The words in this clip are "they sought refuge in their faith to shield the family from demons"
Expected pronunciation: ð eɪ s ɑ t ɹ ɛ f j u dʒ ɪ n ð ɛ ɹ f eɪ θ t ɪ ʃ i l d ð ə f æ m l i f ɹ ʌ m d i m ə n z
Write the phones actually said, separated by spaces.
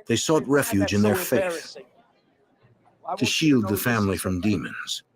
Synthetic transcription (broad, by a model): ð eɪ s ɑ t ɹ ɛ f j u dʒ ɪ n ð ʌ ɹ f eɪ θ t ɪ ʃ i l d ð ə f æ m l i f ɹ ʌ m d i m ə n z